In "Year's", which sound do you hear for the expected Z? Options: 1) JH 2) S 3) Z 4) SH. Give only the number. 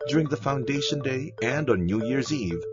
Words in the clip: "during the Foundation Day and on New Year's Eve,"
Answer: 3